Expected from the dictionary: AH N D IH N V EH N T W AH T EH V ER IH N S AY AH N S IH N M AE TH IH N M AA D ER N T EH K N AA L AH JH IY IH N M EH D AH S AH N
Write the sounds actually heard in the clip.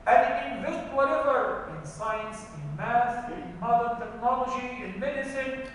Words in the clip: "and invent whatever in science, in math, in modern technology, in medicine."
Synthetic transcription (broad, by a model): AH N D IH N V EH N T W AH T EH V ER IH N S AY AH N S IH N M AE S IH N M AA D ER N T EH K N AA L AH JH IY IH N M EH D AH S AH N